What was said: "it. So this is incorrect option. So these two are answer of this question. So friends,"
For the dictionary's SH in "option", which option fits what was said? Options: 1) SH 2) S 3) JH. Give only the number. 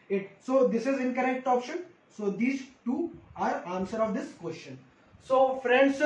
1